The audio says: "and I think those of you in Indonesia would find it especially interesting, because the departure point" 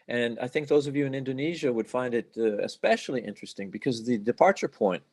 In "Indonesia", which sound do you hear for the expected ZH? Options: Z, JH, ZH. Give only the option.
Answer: ZH